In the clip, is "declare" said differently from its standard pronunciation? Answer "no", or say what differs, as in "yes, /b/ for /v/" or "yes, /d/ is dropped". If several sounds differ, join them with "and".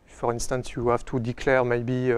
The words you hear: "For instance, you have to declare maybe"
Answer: no